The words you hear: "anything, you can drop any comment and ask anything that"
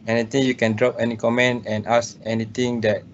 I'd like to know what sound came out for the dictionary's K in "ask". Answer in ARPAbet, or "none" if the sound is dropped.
none